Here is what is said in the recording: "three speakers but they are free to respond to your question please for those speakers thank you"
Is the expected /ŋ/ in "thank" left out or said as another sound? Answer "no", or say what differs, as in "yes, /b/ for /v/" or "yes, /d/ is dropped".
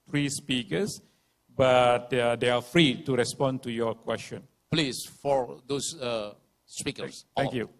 yes, /ŋ/ is dropped